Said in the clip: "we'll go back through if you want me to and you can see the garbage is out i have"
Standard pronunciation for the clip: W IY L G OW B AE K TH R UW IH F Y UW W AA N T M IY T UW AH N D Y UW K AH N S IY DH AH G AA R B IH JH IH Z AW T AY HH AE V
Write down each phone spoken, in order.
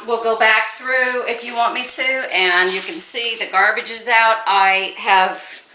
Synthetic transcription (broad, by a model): W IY L G OW B AE K TH R UW IH F Y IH W AA N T M IY T UW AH N Y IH K AH N S IY DH AH G AA R B IH JH IH Z AW T AY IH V